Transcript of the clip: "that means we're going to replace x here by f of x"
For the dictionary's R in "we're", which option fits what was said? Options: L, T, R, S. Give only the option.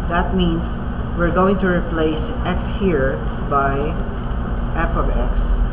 R